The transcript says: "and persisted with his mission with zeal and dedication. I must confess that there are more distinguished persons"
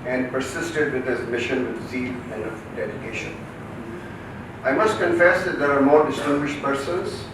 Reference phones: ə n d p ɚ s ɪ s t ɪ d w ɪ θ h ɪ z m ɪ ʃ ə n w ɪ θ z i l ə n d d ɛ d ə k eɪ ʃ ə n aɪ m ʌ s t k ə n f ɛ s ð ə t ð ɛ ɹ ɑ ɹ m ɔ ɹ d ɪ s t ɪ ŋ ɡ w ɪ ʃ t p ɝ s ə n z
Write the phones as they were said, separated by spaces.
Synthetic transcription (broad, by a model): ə n d p ɚ s ɪ s t ɪ d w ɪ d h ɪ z m ɪ ʃ ə n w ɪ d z i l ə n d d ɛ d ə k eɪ ʃ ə n aɪ m ʌ s t k ə n f ɛ s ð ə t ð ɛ ɹ ɑ ɹ m ɔ ɹ d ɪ s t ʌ ɡ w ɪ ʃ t p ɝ s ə n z